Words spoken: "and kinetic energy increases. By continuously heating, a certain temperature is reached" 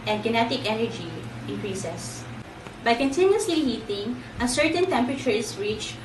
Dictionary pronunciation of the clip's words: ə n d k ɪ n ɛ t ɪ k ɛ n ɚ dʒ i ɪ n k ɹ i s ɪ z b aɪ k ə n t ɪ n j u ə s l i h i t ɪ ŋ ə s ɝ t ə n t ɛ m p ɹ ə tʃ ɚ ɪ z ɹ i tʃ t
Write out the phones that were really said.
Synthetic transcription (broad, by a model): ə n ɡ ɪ n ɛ t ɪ k ɛ n ɚ dʒ i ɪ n k ɹ i s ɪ s b aɪ k ə n t ɪ n j u ə s l i h i t ɪ ŋ ə s ɝ t ə n t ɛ m p ɹ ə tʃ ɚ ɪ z ɹ i tʃ